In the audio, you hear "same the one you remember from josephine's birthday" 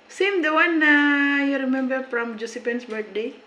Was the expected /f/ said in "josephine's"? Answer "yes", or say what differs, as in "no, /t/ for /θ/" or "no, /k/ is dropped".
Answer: no, /p/ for /f/